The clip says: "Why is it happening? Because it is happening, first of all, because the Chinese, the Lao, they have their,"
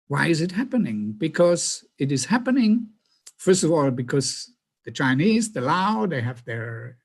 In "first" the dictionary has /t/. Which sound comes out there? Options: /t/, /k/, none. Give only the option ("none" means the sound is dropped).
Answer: /t/